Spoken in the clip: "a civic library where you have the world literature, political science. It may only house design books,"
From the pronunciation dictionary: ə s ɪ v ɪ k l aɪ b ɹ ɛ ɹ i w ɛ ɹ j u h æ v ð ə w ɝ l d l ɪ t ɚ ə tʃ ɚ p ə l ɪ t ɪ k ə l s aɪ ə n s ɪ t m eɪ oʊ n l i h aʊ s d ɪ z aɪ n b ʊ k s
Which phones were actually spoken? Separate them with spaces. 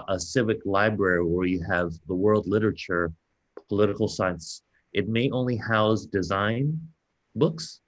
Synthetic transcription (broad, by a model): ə s ɪ v ɪ k l aɪ b ɹ ɛ ɹ i w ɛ ɹ j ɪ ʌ v ð ə w ɝ l d l ɪ t ɚ ə tʃ ɚ p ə l ɪ t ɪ k l s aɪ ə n s ɪ t m eɪ oʊ n l i h aʊ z d ɪ z aɪ n b ʊ k s